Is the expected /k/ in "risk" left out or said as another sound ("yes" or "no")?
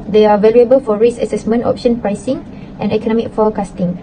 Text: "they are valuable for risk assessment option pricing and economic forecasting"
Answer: yes